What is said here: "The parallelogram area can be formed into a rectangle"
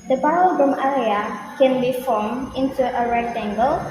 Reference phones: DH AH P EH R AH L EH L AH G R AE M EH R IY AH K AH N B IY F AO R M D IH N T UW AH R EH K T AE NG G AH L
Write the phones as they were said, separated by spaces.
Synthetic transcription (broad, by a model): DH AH B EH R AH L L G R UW M EH R IY AH K AH N B IY F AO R M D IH N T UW AH R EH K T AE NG G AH L